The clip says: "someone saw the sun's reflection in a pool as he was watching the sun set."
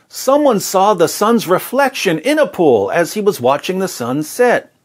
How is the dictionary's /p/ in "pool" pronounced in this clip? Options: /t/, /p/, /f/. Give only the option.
/p/